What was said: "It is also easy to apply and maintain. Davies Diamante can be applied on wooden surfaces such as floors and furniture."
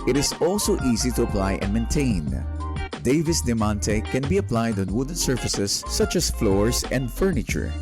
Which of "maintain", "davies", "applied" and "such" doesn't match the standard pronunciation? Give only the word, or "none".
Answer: davies